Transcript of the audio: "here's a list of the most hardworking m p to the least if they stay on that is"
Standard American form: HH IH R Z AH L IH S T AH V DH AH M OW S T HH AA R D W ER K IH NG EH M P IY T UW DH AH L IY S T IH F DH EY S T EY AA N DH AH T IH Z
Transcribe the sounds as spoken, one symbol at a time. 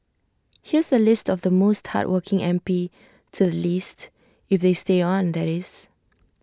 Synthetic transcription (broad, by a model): HH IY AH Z AH L IH S T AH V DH AH M OW S T HH AA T W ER K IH NG EH M P IY T UW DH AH L IY S T IH F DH EY S T EY AA N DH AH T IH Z